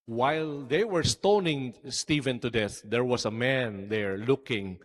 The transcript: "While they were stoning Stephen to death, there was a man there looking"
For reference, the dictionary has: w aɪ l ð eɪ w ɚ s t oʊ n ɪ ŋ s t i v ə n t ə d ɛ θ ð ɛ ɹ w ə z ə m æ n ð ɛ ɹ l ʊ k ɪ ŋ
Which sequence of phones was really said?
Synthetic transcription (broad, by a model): w aɪ l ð eɪ w ɚ s t oʊ n ɪ ŋ s t i v ə n t ə d ɛ θ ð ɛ ɹ w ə s ə m æ n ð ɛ ɹ l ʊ k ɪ ŋ